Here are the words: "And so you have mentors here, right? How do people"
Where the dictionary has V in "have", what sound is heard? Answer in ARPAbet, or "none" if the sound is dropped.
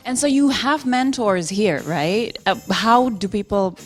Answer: V